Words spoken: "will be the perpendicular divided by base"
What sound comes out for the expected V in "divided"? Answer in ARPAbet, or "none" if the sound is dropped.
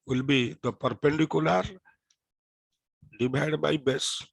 B